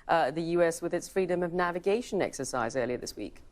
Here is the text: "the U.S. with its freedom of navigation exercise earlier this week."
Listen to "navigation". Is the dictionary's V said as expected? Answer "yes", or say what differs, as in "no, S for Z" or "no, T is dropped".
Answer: yes